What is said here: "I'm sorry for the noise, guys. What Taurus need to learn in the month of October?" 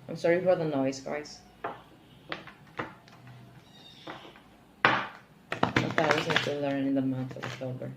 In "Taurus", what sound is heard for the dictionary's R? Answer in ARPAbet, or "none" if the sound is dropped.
none